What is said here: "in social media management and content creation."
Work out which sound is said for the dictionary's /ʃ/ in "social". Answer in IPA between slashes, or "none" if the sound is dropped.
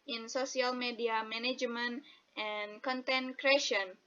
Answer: /s/